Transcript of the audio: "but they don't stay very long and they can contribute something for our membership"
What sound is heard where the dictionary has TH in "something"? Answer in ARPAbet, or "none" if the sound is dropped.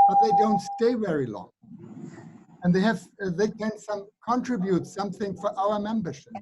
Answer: TH